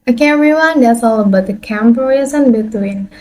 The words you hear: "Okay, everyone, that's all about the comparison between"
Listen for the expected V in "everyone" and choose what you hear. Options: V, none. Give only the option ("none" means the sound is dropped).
none